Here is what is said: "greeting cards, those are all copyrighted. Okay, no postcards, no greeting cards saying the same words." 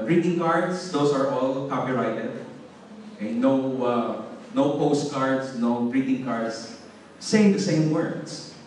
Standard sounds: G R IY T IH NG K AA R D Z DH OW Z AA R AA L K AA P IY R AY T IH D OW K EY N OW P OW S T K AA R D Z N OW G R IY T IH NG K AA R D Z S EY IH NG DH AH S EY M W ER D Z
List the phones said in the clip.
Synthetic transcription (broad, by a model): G R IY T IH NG K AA R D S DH OW S AA R AA L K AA P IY R AY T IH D OW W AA N OW P OW S T K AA R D S N OW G R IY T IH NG K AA R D S EY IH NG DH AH S EY M W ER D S